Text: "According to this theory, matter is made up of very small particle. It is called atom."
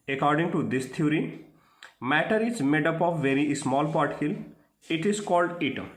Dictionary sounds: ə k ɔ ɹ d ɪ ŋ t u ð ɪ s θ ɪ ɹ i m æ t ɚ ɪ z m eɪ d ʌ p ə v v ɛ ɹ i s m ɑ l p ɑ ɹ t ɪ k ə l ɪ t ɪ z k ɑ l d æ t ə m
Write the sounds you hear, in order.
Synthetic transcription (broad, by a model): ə k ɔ ɹ d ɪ ŋ t u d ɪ s t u ɹ i m æ t ɚ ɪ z m eɪ d ʌ p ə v v ɛ ɹ i s m ɑ l p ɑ ɹ t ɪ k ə l ɪ t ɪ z k ɑ l d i t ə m